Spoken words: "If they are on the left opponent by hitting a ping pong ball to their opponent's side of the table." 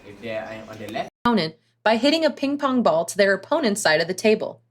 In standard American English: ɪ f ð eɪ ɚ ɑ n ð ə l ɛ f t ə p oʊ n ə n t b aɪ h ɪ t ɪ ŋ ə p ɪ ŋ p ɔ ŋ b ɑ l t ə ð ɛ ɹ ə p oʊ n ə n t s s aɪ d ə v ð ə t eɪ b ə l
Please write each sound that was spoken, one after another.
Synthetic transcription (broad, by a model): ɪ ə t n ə n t b aɪ h ɪ t ɪ ŋ ə p ɪ ŋ p ɔ ŋ b ɑ l t ə ð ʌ ɹ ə p oʊ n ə n t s s aɪ d ə v ð ə t eɪ b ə l